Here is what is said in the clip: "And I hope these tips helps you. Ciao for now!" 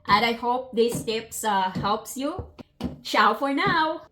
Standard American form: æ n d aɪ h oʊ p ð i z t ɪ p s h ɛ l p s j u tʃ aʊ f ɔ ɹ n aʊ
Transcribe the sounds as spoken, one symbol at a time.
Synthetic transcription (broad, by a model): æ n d aɪ h oʊ p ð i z t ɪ p s h ɛ l p s j u ʃ aʊ f ɔ ɹ n aʊ